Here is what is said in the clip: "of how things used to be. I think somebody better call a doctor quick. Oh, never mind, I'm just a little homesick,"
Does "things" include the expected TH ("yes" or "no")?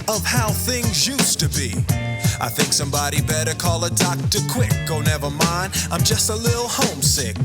yes